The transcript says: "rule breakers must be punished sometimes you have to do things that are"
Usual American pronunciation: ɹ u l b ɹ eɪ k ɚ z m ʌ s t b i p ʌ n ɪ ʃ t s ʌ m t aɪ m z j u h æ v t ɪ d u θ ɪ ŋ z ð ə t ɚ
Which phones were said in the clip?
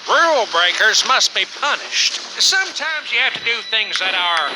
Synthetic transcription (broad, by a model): ɹ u l b ɹ eɪ k ɚ z m ʌ s t b i p ʌ n ɪ ʃ t s ʌ m t aɪ m z j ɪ h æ f t ɪ d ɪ θ ɪ ŋ z ð ə t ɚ